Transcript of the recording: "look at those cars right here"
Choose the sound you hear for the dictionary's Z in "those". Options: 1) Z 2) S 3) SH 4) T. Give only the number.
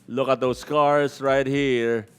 2